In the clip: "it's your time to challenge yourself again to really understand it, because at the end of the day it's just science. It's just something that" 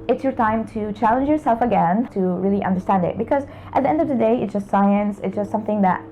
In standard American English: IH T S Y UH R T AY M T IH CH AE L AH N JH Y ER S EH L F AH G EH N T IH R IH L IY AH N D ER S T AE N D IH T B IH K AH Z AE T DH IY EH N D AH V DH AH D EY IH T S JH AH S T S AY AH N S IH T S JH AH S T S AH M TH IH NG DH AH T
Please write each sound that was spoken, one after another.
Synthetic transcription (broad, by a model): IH T S Y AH R T AY M T IH CH AE L AH N JH Y ER S EH L F AH G EH N T IH R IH L IY AH N D ER S T AE N D IH T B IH K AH Z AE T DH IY EH N D AH V DH AH D EY IH T S JH AH S T S AY AH N S IH T S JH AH S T S AH M TH IH NG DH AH T